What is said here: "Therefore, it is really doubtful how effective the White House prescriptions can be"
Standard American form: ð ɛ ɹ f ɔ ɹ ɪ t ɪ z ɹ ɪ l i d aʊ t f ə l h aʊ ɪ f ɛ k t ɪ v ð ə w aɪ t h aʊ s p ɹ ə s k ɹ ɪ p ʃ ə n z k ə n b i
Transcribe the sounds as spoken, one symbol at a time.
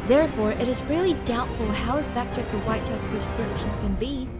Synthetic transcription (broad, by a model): ð ɛ ɹ f ɔ ɹ ɪ t ɪ z ɹ ɪ l i d aʊ t f l h aʊ ɪ f ɛ k t ɪ v ð ə w aɪ t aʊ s p ɹ ə s k ɹ ɪ p ʃ ə n z k ə n b i